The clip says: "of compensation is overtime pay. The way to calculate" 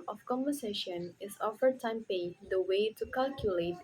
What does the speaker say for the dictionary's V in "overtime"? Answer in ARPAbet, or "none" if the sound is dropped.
F